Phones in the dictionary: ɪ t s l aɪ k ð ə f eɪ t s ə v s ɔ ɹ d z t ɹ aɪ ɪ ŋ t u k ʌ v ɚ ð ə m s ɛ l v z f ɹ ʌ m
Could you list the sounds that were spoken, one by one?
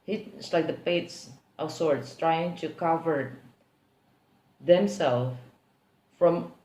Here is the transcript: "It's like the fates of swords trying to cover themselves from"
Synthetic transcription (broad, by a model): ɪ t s l aɪ k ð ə p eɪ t s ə s ɔ ɹ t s t ɹ aɪ ɪ ŋ t u k ʌ v ɚ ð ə m s ɛ l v f ɹ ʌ m